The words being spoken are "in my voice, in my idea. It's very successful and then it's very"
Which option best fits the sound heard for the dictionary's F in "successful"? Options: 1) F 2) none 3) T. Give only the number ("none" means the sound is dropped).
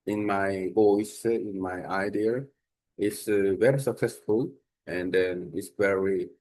1